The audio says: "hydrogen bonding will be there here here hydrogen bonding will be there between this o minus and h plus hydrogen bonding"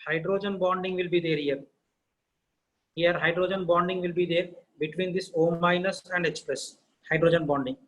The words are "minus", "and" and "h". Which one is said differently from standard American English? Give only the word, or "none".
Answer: h